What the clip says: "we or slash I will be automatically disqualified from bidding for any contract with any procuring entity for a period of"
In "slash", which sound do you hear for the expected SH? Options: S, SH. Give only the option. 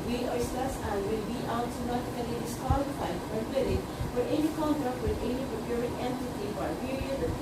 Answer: S